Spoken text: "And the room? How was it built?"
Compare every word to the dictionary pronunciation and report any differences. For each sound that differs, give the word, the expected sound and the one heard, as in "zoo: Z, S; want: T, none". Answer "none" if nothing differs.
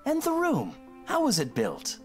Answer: none